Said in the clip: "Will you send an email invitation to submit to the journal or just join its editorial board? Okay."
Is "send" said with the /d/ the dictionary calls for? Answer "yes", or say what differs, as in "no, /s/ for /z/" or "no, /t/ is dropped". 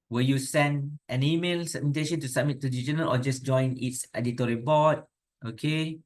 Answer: yes